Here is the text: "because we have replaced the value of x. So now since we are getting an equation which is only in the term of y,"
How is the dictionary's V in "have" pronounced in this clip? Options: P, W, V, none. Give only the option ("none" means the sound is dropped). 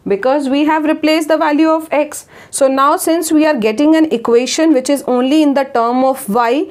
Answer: V